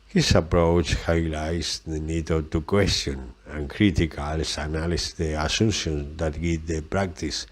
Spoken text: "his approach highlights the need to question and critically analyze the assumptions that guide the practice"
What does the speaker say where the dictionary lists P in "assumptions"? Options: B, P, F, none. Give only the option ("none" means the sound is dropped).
none